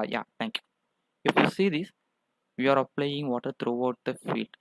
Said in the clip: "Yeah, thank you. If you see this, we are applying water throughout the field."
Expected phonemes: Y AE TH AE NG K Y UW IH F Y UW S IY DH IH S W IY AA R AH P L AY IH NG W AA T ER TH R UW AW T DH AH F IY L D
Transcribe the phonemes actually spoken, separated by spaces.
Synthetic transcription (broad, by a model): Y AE T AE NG K Y UW IH F Y UW S IY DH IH S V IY AA R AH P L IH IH NG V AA T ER T R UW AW T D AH F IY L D